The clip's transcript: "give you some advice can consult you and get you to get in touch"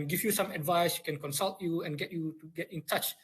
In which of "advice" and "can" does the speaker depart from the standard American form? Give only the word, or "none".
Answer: none